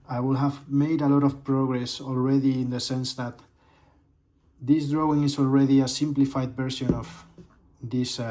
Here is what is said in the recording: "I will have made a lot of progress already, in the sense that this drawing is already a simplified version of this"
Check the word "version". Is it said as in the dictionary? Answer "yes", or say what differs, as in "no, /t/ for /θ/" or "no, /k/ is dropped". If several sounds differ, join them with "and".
no, /b/ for /v/